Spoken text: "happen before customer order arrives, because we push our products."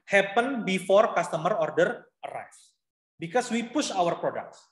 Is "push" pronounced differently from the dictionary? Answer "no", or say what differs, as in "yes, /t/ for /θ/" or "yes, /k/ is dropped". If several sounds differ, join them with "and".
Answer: no